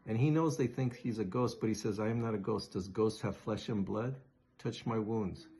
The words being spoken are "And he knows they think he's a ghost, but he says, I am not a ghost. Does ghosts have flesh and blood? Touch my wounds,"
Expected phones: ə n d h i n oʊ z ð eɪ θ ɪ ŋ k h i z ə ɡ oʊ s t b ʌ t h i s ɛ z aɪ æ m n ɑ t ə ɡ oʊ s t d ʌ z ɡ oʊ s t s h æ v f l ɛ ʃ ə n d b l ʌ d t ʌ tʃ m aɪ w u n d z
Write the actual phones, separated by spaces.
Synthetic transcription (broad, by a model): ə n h i n oʊ z ð eɪ θ ɪ ŋ k h i z ə ɡ oʊ s t b ʌ t h i s ɛ z aɪ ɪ m n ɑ t ə ɡ oʊ s d ʌ z ɡ oʊ s t h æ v f l ɛ ʃ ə n b l ʌ d t ʌ tʃ m aɪ w u n d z